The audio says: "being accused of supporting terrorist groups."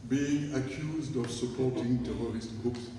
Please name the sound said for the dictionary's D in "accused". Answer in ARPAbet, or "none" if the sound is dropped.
D